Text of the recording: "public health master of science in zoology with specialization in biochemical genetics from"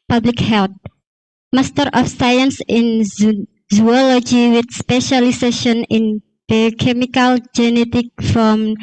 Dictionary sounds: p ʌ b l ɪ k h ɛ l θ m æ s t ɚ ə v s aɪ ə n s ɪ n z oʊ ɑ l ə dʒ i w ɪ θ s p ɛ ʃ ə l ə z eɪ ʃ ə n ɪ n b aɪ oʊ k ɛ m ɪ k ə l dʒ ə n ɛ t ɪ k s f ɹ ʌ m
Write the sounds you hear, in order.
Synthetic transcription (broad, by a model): p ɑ b l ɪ k h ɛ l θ m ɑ s t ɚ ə f s aɪ ə n s ɪ n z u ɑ l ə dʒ i w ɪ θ s p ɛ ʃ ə l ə s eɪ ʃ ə n ɪ n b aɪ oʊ k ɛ m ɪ k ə l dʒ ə n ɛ t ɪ k f ɹ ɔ m